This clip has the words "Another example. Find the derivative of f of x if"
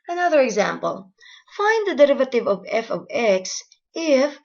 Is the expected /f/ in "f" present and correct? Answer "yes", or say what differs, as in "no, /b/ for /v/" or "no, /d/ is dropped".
yes